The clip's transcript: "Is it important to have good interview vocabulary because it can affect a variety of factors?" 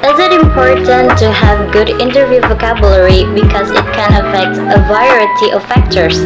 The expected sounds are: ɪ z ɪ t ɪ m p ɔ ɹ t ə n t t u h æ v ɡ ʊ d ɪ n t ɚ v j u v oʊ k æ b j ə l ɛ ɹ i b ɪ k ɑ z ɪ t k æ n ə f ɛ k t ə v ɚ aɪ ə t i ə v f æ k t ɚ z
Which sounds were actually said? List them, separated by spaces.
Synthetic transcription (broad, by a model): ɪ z ɪ t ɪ m p ɔ ɹ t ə n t t u h æ v ɡ ʊ d ɪ n t ɚ v j u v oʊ k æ b j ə l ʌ ɹ i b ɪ k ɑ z ɪ t k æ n ə f ɛ k t ə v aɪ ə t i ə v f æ k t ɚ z